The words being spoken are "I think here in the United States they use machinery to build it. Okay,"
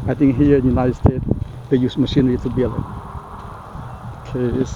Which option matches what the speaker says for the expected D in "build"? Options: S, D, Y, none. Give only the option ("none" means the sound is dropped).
none